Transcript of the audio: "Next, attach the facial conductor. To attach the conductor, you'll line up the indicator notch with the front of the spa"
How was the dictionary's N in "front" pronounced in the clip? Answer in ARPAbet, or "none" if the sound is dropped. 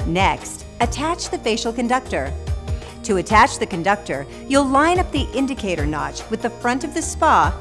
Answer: N